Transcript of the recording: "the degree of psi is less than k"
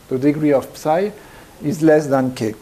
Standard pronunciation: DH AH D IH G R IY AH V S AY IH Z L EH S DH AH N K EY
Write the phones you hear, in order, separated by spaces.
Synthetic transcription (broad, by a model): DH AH D IH G R IY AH P S AY IH Z L EH S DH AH N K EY